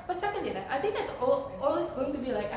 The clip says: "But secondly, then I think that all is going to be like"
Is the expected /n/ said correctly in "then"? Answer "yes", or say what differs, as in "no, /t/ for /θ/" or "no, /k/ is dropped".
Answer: no, /n/ is dropped